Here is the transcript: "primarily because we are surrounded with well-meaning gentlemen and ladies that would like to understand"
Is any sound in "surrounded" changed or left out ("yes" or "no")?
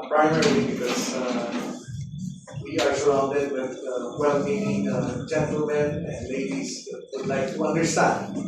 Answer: yes